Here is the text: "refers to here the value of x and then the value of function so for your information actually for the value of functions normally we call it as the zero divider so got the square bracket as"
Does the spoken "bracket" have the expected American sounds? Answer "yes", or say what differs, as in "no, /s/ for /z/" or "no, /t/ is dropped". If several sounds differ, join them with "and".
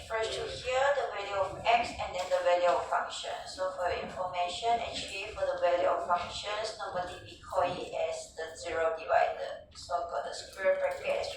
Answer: no, /t/ is dropped